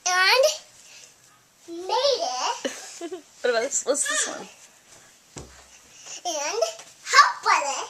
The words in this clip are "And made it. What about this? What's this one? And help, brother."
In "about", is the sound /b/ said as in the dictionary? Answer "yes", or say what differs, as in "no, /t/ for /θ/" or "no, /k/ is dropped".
no, /b/ is dropped